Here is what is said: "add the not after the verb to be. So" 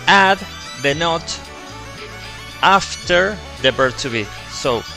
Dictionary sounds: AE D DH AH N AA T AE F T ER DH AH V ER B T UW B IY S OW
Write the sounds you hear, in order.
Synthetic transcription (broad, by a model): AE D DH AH N AA T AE F T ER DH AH B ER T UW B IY S OW